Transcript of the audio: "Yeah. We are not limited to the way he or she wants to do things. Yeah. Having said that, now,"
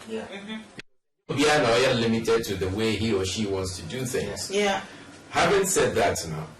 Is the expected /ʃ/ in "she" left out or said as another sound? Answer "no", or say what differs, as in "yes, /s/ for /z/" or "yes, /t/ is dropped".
no